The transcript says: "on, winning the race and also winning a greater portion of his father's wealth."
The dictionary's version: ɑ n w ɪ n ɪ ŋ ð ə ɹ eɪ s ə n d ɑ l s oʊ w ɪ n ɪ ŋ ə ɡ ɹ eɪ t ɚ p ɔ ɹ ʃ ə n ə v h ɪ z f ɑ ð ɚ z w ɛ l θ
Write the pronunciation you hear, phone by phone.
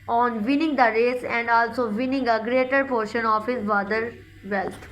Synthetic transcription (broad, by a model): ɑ n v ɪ n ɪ ŋ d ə ɹ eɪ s ə n d ɑ l s oʊ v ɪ n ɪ ŋ ə ɡ ɹ eɪ t ɚ p ɔ ɹ ʃ ə n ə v h ɪ z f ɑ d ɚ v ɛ l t